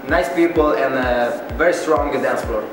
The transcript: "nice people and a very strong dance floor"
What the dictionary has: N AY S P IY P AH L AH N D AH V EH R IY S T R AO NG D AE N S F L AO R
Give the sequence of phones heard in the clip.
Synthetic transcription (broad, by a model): N AY S P IY P AH L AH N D AH V EH R IY S T R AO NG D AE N S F L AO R